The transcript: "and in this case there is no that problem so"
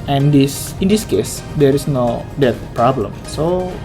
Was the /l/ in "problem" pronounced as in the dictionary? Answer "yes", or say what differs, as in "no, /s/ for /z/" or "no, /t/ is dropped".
yes